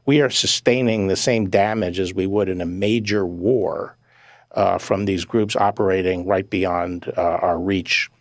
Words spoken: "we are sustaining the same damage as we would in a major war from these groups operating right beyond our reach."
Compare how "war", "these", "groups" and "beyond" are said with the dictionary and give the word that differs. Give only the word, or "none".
none